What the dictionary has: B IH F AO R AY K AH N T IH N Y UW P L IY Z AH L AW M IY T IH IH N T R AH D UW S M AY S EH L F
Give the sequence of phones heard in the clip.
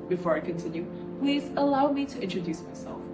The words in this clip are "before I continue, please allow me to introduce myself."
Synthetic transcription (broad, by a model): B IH F AO R AY K AH N T IH N Y UW P L IY Z AH L AW M IY T IH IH N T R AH D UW S M AY S EH L F